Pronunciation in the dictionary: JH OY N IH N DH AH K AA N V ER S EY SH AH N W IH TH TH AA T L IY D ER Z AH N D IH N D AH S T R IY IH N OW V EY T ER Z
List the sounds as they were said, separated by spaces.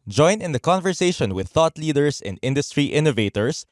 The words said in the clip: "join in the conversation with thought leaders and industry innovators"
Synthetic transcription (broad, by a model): JH OY N IH N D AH K AA N V ER S EY SH AH N W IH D TH AA T L IY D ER S AH N D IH N D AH S T R IY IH N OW V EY T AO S